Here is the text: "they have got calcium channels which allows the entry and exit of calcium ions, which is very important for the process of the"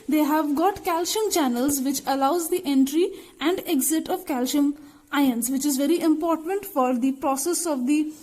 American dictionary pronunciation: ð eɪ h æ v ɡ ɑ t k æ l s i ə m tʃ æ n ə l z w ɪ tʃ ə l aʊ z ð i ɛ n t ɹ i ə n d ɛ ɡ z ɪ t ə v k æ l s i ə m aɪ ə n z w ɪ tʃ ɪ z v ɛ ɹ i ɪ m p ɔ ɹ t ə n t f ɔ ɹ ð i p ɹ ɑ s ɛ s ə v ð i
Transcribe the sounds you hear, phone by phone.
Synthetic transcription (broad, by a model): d eɪ h æ v ɡ ɑ t k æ l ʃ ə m tʃ æ n ə l z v ɪ tʃ ə l aʊ z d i ɛ n t ɹ i ə n d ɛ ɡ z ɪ t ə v k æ l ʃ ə m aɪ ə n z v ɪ tʃ ɪ z v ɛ ɹ i ɪ m p ɔ ɹ t ə n t f ɔ ɹ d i p ɹ ɑ s ɛ s ə v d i